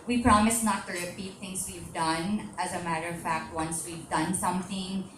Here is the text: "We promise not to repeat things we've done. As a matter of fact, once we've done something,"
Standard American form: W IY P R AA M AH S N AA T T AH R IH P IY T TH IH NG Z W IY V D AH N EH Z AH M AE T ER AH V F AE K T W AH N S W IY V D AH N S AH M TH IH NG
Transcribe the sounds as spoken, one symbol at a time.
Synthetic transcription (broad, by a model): W IY P R AA M AH S N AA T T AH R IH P IY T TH IH NG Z W IY V D AH N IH Z AH M AE T ER AH V F AE K T W AH N S W IY V D AH N S AH M TH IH NG